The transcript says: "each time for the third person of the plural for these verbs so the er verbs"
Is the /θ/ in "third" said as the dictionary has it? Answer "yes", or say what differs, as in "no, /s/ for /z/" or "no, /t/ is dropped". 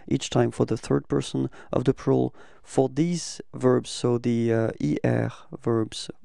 yes